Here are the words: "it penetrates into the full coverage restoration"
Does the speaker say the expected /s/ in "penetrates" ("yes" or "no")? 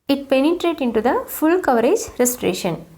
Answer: no